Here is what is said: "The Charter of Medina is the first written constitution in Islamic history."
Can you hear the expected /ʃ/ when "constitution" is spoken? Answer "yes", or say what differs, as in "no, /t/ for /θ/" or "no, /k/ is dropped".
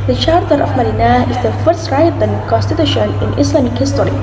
yes